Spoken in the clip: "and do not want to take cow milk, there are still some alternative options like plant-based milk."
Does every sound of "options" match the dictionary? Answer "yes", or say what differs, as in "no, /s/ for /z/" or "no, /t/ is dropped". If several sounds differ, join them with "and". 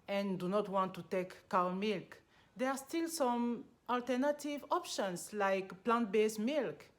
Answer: no, /s/ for /z/